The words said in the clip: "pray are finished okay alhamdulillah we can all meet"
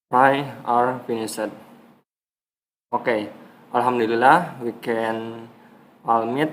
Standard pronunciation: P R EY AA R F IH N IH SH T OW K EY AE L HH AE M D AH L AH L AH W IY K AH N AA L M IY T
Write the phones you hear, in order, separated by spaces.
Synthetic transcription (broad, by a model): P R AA AA R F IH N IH S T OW K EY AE L HH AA M D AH L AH L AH W IY K AH N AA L M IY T